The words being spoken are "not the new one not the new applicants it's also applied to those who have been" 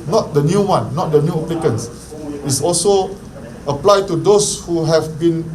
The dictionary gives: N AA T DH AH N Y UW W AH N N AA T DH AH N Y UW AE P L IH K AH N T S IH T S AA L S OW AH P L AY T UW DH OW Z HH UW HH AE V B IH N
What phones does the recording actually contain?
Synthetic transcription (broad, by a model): N AA T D AH N Y UW W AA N N AA T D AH N Y UW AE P L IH K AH N S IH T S AA L S OW AH P L AY T UW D OW S HH UW HH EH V B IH N